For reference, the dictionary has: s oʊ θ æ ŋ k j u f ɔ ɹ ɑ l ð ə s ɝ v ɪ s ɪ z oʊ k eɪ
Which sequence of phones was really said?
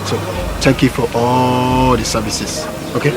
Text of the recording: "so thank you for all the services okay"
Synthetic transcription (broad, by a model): s oʊ t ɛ ŋ k j u f ɔ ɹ ɑ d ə s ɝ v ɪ s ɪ s oʊ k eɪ